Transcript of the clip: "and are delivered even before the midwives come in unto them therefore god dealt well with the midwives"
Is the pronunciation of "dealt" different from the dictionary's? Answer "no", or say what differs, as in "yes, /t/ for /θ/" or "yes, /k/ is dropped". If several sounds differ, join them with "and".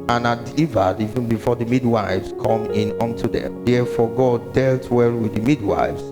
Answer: no